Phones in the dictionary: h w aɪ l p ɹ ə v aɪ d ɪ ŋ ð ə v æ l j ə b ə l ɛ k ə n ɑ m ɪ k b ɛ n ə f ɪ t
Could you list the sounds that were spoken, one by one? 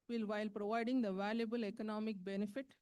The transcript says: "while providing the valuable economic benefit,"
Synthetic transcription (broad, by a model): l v aɪ l p ɹ ə v aɪ d ɪ ŋ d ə v æ l j ə b ə l ɛ k ə n ɑ m ɪ k b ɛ n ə f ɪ t